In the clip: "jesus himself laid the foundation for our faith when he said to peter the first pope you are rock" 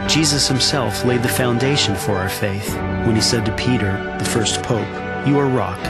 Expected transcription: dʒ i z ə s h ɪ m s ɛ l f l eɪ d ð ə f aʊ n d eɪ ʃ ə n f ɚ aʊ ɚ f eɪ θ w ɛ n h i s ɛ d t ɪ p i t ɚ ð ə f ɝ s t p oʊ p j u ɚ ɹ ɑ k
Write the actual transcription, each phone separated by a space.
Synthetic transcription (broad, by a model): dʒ i z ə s h ɪ m s ɛ l f l eɪ d ð ə f aʊ n d eɪ ʃ ə n f ɚ aʊ ɚ f eɪ θ w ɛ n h i s ɛ d t ɪ p i t ɚ ð ə f ɝ s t p oʊ p j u ɚ ɹ ɑ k